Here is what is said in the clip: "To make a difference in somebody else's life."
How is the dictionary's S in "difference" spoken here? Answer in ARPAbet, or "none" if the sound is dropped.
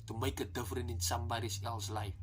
none